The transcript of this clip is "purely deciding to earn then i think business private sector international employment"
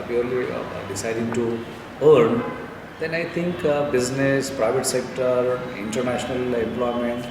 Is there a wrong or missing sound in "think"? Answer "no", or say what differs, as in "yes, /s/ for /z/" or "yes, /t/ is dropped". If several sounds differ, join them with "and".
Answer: yes, /t/ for /θ/